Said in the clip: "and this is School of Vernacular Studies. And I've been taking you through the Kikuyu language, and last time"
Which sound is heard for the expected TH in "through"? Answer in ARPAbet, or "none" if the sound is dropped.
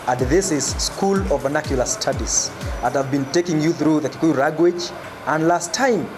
TH